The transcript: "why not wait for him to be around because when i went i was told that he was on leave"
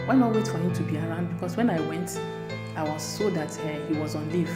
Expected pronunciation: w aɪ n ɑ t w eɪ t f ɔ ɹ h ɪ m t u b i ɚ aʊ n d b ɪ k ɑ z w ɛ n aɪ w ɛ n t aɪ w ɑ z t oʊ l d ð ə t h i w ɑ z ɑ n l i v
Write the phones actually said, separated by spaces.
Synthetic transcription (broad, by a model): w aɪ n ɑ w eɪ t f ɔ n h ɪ t u b i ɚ aʊ n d b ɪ k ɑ s w ɛ n aɪ w ɛ n t aɪ w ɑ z s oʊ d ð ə t h i w ɑ z ɑ n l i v